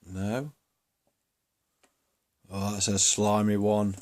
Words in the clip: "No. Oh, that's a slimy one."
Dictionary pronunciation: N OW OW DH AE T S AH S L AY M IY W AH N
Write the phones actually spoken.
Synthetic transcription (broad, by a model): N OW OW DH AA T S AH S L AY M IY W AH N